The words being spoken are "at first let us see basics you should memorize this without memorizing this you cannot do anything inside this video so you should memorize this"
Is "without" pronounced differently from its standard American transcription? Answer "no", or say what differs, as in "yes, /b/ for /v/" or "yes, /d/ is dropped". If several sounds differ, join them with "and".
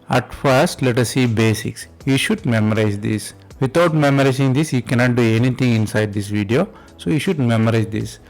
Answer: yes, /t/ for /θ/